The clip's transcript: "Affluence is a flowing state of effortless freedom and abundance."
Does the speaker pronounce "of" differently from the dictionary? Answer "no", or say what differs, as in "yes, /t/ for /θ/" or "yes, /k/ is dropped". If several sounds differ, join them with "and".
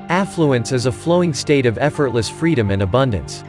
no